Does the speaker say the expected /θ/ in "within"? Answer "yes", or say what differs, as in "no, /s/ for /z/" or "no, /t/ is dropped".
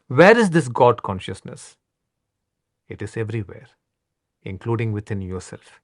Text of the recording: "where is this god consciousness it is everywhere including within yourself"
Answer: no, /t/ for /θ/